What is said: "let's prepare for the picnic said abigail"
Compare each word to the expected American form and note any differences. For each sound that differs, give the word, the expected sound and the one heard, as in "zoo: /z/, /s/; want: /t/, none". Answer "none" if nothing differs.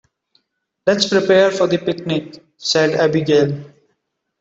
none